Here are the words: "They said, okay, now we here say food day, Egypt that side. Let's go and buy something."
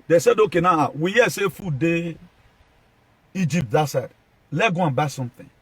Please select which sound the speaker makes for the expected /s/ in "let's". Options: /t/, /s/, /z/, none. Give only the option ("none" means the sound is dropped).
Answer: none